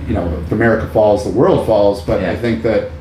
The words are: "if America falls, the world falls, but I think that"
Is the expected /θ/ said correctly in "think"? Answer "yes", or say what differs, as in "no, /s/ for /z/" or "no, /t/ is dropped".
yes